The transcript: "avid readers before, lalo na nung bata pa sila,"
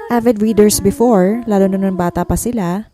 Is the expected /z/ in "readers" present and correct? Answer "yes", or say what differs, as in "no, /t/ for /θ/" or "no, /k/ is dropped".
no, /s/ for /z/